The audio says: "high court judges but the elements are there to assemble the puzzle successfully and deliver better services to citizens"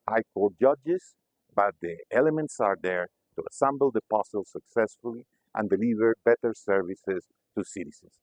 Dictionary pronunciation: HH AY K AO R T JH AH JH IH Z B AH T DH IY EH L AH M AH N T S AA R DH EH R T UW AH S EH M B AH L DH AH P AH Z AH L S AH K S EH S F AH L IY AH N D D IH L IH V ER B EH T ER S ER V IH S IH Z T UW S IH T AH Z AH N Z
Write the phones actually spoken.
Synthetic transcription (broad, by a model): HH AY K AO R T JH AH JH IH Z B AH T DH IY EH L AH M AH N T S AA R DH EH R T UW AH S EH M B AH L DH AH P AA S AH L S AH K S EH S F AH L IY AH N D D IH L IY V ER B EH T ER S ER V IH S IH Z T UW S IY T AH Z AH N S